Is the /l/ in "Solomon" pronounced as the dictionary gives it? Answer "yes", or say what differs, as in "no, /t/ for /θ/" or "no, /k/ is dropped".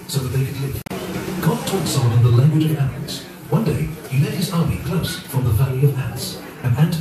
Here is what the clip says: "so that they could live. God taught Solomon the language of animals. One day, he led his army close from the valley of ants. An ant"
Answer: no, /w/ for /l/